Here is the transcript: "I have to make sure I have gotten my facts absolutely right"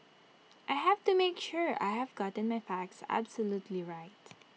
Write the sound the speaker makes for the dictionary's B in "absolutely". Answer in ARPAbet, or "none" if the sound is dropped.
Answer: B